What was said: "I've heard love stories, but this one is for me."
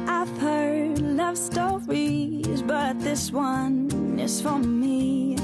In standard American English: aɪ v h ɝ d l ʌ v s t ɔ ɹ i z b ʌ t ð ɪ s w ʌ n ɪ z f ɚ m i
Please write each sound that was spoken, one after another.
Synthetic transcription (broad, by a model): aɪ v h ɝ d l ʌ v s t ɔ ɹ i z b ʌ t ð ɪ s w ʌ n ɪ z f ɚ m i